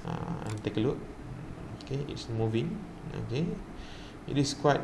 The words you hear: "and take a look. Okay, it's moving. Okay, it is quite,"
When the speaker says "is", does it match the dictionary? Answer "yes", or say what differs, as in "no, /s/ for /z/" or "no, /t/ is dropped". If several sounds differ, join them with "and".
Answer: no, /s/ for /z/